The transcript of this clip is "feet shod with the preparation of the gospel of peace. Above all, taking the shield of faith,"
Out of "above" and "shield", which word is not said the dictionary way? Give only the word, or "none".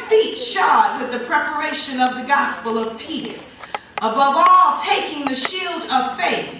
none